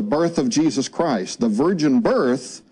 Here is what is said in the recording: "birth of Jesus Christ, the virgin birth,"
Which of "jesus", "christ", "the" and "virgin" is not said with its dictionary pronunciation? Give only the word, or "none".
none